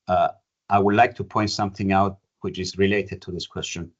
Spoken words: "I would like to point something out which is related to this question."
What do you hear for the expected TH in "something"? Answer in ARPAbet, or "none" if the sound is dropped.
TH